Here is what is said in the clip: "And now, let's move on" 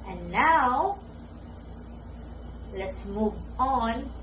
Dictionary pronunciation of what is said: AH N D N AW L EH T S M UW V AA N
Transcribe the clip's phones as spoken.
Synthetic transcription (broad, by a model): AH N N AW L EH T S M UW V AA N